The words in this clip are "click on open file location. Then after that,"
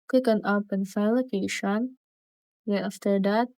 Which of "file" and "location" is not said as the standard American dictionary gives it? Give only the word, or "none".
file